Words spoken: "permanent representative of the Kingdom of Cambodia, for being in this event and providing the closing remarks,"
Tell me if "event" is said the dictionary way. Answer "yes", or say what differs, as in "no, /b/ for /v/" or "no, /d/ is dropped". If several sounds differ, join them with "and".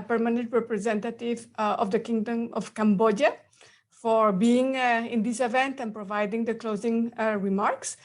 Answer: yes